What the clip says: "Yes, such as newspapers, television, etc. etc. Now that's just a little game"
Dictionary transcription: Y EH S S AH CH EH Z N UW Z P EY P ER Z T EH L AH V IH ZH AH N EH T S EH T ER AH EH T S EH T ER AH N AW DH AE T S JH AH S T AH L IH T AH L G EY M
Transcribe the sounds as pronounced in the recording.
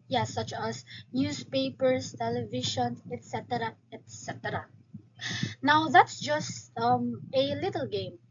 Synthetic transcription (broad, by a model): Y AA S S AH CH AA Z N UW S P EY P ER S T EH L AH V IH SH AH N EH T S EH T ER AH EH T S EH T ER AH N AW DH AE T S JH AH S T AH L IH T AH L G EY M